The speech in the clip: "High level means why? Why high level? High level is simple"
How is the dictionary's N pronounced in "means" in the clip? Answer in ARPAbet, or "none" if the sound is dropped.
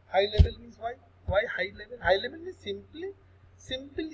none